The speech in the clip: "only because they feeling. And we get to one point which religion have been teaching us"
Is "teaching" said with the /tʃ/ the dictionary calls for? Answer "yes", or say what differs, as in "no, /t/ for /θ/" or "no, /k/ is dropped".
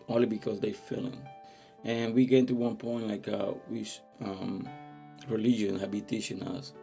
no, /ʃ/ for /tʃ/